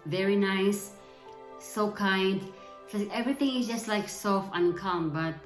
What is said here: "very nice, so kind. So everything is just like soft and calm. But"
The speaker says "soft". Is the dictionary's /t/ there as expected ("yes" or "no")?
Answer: no